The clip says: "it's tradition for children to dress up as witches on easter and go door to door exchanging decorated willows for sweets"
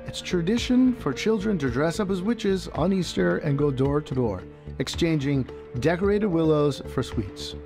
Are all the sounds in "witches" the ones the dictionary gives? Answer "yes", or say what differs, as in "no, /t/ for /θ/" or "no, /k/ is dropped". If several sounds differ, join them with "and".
yes